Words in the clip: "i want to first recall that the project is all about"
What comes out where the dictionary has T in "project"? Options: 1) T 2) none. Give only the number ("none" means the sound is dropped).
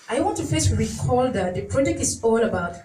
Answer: 2